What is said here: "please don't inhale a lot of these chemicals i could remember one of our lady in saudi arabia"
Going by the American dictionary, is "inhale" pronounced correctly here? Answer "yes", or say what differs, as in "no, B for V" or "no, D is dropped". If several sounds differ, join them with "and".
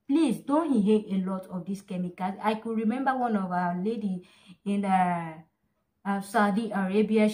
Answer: no, N is dropped